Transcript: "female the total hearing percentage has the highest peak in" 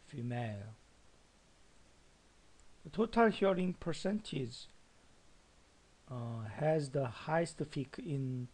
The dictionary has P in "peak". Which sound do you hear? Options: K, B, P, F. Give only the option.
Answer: F